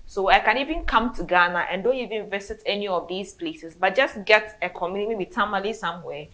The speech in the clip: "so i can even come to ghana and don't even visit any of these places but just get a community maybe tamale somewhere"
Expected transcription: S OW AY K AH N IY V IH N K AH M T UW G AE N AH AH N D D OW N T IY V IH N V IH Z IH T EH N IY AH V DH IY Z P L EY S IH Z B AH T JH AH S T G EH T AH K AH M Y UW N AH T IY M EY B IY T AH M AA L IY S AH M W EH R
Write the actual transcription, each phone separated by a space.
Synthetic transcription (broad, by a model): S OW AY K AH N IY V IH N K AH M T UW G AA N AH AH N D D OW N T IY V IH N V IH S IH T EH N IY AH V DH IY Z P L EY S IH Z B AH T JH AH S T G EH T AH K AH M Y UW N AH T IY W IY T AH M AA L IY S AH M W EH